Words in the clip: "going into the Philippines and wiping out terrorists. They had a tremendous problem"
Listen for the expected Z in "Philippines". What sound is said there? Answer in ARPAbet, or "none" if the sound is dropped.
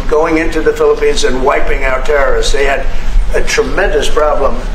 Z